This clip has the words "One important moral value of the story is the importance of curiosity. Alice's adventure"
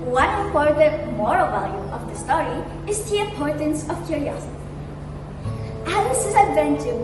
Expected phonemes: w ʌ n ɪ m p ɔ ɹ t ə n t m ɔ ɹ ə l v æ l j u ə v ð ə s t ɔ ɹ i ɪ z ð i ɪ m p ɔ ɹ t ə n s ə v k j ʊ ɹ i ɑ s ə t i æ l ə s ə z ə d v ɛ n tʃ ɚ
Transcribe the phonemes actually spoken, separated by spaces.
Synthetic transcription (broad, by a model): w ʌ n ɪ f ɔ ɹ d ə m ɔ ɹ ə l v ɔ l j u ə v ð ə s t ɔ ɹ i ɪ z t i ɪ p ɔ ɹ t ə n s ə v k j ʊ ɹ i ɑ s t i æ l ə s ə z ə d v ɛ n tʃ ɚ